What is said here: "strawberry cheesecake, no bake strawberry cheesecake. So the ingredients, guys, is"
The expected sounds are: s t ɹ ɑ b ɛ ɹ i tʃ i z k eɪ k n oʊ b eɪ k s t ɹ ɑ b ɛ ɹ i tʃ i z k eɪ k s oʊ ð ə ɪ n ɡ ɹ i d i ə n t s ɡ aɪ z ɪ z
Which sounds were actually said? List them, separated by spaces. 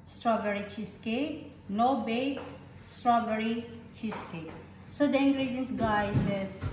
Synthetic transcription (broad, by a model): s t ɹ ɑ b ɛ ɹ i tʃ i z k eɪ n oʊ b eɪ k s t ɹ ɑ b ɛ ɹ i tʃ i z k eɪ s oʊ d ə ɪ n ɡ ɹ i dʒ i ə n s ɡ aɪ s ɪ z